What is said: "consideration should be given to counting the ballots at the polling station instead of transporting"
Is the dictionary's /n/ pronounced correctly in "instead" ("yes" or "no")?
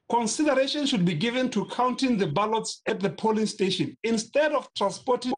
yes